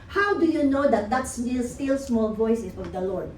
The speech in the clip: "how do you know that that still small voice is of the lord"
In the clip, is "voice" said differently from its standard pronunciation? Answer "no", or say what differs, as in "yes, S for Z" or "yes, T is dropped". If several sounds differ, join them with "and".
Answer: no